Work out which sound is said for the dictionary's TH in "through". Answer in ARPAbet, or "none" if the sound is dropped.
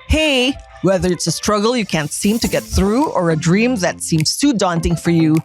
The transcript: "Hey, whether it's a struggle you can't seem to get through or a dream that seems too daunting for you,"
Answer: TH